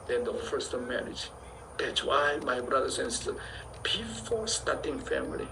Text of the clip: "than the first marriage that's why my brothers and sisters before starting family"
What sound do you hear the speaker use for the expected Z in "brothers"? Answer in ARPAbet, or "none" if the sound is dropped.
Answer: S